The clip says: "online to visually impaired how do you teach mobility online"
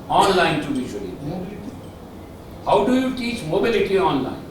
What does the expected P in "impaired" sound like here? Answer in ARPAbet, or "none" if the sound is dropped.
B